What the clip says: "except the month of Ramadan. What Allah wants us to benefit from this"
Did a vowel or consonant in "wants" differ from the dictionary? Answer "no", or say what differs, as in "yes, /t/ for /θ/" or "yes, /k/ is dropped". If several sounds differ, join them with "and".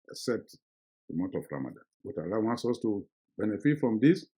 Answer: no